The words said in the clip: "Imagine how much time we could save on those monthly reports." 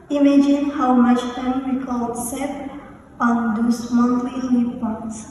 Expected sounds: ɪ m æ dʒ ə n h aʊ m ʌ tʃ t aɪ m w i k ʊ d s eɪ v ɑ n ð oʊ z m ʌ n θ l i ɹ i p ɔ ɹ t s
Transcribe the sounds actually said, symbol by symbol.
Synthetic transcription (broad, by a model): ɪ m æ dʒ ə n h aʊ m ʌ tʃ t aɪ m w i k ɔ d s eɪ p ɑ n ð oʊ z m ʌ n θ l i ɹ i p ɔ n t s